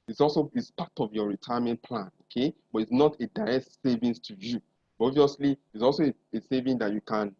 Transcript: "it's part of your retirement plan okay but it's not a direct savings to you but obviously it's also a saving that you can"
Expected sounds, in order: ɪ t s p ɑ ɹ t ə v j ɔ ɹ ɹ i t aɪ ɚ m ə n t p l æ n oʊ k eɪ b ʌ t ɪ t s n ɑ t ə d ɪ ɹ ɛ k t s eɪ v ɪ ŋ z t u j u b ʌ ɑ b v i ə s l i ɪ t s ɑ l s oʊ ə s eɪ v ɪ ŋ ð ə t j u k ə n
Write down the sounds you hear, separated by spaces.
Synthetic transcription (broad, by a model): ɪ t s p ɑ t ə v j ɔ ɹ ɹ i t aɪ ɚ m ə n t p l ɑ n oʊ k eɪ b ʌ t ɪ t s n ɑ t ə d ɪ ɹ ɛ k t s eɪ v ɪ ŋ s t u j u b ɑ v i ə s l i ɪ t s ɑ l s oʊ ə s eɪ v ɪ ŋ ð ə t j u k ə n